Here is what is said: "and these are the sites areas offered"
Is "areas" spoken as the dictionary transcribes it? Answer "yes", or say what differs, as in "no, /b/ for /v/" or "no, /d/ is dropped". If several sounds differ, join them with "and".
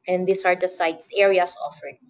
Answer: no, /s/ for /z/